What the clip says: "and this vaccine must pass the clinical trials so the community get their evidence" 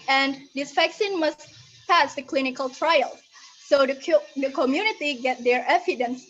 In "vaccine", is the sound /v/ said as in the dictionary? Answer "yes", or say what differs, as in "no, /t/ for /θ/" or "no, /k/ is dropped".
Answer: no, /f/ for /v/